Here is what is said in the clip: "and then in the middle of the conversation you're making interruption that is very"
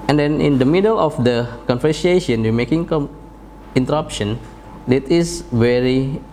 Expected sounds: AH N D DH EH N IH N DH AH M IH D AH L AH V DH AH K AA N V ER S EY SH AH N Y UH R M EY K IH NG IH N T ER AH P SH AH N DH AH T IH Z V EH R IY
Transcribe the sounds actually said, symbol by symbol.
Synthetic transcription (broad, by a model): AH N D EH N IH N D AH M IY D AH L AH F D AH K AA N F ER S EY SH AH N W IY M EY K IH NG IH N T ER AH P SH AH N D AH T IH S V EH R IY